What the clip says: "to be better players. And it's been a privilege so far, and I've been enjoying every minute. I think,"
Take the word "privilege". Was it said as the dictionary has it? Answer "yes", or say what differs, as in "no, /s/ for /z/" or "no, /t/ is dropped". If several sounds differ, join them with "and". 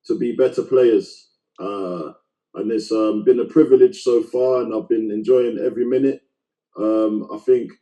yes